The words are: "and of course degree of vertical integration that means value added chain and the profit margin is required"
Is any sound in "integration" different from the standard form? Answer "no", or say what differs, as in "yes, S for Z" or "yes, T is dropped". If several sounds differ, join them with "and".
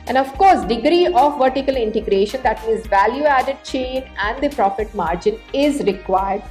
no